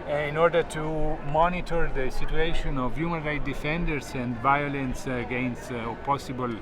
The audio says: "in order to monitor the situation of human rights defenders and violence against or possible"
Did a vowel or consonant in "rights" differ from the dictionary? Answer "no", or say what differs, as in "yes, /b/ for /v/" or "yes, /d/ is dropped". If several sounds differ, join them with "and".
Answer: yes, /s/ is dropped